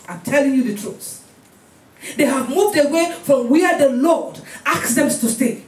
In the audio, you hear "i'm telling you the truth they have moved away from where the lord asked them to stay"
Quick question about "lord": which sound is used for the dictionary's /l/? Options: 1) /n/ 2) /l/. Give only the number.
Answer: 2